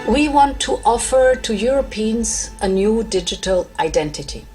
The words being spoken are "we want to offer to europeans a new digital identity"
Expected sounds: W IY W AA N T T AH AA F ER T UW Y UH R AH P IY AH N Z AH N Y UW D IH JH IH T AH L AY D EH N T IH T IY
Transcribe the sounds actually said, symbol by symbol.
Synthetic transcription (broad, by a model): W IY W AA N T T AA F ER T UW Y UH R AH P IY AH N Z AH N Y UW D IH JH IH T AH L AY D EH N T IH T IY